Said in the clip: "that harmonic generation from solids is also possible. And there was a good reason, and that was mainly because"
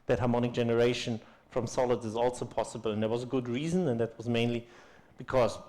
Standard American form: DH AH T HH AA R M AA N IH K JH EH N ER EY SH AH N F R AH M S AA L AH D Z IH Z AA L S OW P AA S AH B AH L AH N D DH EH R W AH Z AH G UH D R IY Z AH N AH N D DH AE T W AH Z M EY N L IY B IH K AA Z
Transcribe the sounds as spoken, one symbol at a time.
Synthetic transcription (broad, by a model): DH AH T HH AA R M AA N IH K JH EH N ER EY SH AH N F R AH M S AA L AH D Z IH Z AA L S OW P AA S AH B AH L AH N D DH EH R W AH Z AH G UH D R IY Z AH N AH N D DH AE T W AH Z M EY N L IY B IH K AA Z